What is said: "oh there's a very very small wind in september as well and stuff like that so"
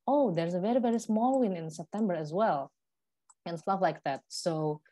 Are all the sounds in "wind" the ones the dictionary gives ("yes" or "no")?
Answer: no